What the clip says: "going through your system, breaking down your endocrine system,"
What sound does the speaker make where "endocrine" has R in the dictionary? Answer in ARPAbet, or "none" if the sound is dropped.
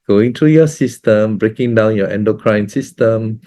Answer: R